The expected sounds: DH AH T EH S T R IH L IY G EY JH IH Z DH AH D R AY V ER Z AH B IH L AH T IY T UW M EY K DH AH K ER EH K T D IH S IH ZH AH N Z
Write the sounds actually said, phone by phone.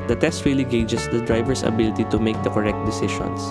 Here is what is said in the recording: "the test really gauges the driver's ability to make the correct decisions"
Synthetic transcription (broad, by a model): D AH T EH S T W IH L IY G EY JH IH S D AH D R AY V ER S AH B IH L AH T IY T UW M EY K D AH K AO EH K T D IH S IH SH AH N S